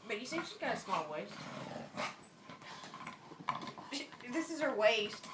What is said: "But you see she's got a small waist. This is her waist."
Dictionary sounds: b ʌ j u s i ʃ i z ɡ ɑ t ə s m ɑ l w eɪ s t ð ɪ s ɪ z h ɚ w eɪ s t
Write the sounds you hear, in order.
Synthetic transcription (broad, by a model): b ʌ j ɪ s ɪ ʃ i z ɡ ɑ t ə s m ɑ l w eɪ s t ð ɪ s ɪ z ɚ w eɪ s t